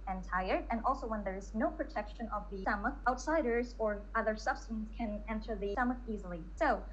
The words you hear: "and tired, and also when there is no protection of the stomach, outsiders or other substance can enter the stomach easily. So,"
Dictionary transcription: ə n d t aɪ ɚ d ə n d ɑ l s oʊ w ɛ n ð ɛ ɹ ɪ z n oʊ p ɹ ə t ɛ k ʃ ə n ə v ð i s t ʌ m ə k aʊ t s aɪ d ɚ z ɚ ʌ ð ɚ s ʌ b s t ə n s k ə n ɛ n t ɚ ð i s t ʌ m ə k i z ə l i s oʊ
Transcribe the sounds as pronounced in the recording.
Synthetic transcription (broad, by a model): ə n t aɪ ɚ d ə n ɑ l s oʊ w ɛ n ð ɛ ɹ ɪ z n oʊ p ɹ ə t ɛ k ʃ ə n ə v ð i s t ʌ m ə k aʊ t s aɪ d ɚ z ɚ ʌ ð ɚ s ʌ b s t ə n s k ə n ɛ n t ɚ ð i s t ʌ m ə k i z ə l i s oʊ